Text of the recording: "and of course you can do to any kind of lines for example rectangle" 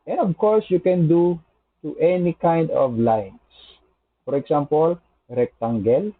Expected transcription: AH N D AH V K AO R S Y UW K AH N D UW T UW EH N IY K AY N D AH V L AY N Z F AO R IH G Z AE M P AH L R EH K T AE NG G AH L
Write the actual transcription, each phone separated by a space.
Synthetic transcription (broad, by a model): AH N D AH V K AO R S Y UW K AH N D UW T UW EH N IY K AY N D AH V L AY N S F AO R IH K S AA M P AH L R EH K T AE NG G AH L